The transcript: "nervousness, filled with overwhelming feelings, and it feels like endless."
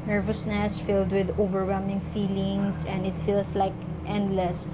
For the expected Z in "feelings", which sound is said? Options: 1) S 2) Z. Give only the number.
1